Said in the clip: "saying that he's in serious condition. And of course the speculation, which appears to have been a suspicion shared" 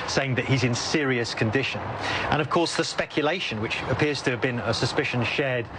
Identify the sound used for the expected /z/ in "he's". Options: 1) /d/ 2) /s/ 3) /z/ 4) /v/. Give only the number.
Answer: 3